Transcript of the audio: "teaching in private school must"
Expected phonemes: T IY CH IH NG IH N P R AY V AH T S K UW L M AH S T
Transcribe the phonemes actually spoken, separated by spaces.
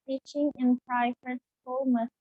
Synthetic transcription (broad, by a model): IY CH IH NG IH N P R AY F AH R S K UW L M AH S